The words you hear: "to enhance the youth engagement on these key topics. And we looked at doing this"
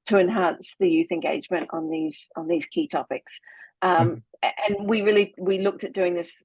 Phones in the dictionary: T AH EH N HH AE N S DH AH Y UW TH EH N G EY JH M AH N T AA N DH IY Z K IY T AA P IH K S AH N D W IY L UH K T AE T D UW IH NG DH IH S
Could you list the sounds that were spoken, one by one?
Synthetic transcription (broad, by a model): T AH EH N HH AE N S DH AH Y UW TH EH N G EY JH M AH N T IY N DH IY Z K IY T AA P IH K S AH N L W IY L UH K T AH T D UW IH NG DH IH S